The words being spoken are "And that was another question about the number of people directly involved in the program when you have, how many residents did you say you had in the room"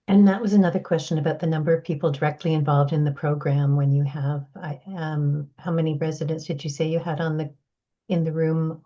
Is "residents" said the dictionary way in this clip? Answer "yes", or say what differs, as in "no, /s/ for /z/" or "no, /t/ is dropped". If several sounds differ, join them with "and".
yes